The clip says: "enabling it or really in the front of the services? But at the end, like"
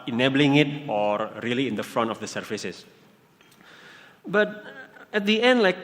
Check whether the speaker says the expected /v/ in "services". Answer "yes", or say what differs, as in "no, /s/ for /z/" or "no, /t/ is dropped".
no, /f/ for /v/